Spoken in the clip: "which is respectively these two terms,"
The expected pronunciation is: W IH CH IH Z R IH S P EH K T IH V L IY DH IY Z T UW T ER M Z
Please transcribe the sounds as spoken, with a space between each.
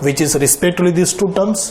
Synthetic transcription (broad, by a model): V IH CH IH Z R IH S P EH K T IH L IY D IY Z T UW T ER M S